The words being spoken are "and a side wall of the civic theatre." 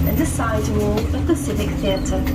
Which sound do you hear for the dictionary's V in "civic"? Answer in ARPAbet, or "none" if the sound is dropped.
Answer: F